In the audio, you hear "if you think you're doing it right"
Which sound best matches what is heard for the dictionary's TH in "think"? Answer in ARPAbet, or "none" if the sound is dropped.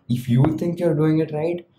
T